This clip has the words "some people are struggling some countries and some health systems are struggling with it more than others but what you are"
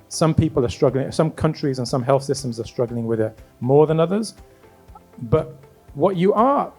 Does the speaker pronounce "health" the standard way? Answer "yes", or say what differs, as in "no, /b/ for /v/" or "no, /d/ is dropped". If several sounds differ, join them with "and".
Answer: yes